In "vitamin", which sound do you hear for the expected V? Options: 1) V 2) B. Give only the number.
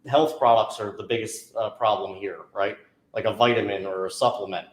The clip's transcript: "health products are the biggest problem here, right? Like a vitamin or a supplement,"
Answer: 1